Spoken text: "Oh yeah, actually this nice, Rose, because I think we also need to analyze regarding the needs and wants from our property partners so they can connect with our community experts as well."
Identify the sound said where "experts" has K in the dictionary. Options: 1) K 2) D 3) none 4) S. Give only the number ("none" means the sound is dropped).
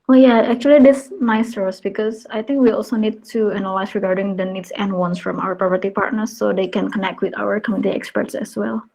1